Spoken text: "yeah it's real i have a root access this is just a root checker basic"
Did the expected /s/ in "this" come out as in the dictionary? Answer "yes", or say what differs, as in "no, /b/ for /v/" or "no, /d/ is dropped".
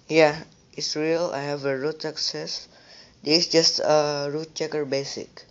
no, /s/ is dropped